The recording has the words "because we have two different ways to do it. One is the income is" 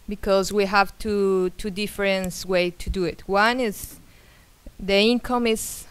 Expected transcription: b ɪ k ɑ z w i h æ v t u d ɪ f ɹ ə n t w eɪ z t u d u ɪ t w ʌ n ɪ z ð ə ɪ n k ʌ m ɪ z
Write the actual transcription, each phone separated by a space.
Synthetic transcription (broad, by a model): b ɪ k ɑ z w i h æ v t u d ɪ f ɹ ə n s w eɪ t u d u ɪ t w ʌ n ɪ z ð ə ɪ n k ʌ m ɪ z